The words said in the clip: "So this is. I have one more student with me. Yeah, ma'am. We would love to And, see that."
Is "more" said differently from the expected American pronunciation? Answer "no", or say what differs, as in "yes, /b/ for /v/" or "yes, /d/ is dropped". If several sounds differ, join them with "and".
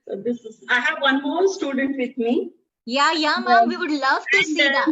yes, /l/ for /ɹ/